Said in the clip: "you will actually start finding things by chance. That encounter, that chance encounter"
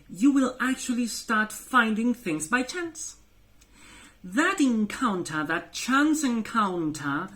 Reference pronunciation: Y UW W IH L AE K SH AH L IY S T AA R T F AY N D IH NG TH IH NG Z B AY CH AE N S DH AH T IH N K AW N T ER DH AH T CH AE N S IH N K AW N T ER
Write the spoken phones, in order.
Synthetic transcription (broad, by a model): Y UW W IH L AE K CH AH L IY S T AA R T F AY N D IH NG TH IH NG Z B AY CH AE N S DH AH T IH N K AW N T ER DH AH T CH AE N S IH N K AW N T ER